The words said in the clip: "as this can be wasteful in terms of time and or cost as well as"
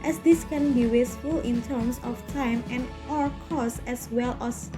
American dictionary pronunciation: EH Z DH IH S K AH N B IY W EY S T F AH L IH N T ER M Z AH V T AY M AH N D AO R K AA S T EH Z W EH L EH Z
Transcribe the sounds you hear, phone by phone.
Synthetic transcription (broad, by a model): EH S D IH S K AH N B IY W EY S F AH L IH N T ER M S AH F T AY M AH N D AO R K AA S EH S W EH L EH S